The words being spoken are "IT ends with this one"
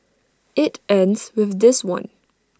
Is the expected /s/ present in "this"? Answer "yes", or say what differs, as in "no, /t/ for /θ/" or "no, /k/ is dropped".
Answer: yes